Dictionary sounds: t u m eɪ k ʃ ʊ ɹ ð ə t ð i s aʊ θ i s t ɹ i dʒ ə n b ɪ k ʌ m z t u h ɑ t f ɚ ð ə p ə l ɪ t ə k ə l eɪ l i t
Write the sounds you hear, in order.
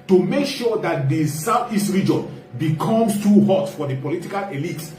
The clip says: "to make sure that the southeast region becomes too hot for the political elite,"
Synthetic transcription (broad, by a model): t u m eɪ k ʃ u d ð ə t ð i s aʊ f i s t ɹ i dʒ ə n b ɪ k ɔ m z t u h ɑ t f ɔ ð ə p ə l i t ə k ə l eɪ l i t